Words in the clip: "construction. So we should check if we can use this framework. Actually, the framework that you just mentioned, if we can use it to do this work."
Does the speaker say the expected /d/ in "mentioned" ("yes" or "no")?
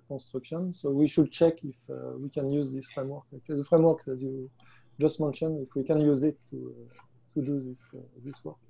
no